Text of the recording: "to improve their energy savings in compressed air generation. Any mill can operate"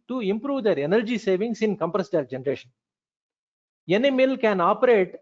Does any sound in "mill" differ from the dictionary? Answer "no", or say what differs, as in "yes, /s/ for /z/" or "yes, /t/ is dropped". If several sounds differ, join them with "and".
no